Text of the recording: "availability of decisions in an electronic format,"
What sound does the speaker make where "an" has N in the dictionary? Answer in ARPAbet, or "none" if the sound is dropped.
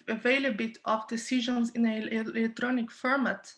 L